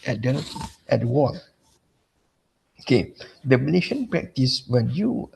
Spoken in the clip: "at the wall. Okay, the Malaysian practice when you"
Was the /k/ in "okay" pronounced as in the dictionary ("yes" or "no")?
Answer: yes